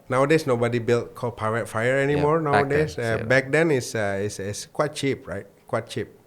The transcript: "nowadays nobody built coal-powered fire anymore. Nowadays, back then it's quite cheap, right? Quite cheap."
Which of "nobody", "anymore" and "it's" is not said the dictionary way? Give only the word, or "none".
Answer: it's